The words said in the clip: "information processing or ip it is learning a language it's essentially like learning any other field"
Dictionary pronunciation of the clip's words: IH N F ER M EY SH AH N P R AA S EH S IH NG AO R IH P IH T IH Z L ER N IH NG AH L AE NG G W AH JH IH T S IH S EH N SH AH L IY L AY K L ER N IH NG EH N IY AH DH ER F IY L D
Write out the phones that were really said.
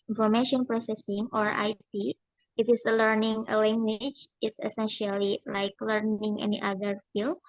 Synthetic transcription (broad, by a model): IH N F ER M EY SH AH N P R AA S EH S IH NG AO R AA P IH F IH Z L ER N IH NG AH L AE NG G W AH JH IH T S IH S EH N SH AH L IY L AY K L ER N IH NG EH N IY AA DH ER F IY L